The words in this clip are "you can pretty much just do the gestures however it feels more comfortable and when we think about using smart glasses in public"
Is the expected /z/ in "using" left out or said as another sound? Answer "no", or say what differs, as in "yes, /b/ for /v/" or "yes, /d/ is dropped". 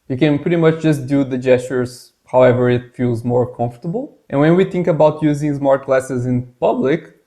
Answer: no